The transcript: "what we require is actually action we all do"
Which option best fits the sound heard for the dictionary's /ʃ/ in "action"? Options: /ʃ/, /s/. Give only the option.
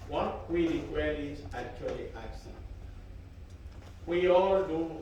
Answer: /s/